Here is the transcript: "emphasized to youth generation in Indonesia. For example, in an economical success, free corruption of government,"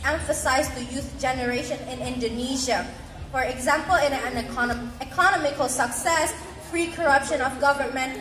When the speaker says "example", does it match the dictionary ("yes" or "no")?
yes